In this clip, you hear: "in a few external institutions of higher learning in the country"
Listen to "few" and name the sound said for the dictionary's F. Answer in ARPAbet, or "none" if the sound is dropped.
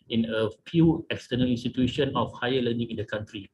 P